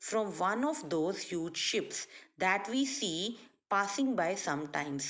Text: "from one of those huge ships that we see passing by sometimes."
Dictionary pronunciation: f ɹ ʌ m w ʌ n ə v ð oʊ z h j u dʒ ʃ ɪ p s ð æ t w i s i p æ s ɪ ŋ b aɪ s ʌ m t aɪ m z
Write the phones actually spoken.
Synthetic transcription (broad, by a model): f ɹ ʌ m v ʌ n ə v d oʊ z h j u dʒ ʃ ɪ p s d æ t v i s i p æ s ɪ ŋ b aɪ s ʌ m t aɪ m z